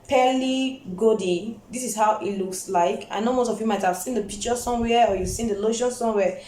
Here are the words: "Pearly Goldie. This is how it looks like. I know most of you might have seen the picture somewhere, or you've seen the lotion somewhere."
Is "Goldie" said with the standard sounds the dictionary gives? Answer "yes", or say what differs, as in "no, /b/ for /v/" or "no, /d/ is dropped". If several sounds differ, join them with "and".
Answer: no, /l/ is dropped